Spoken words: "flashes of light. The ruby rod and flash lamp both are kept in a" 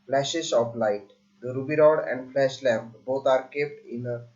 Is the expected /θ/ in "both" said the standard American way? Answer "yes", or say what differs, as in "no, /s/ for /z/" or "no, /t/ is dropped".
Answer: no, /t/ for /θ/